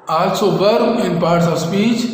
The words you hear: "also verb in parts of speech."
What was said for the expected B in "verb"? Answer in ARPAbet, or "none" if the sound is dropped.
none